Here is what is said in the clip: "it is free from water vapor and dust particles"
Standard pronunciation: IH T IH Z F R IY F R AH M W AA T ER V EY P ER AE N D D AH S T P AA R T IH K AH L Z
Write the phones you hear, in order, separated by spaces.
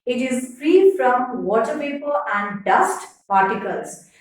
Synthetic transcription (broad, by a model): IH T IH Z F R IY F R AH M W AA T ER P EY P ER AE N D D AH S T P AA R T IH K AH L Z